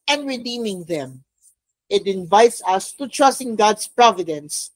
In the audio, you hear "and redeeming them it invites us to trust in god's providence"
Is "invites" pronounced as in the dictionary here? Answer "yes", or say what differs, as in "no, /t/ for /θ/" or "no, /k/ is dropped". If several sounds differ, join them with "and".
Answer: yes